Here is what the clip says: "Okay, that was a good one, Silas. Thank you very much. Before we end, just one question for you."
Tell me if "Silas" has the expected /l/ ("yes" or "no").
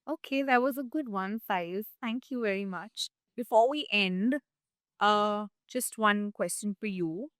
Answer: no